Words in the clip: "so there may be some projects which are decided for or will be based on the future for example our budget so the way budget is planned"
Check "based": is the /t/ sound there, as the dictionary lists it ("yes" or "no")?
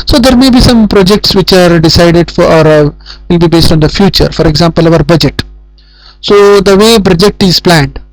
yes